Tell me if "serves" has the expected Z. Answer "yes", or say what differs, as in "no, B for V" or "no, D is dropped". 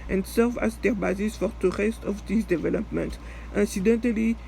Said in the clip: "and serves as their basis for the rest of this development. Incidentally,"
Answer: no, Z is dropped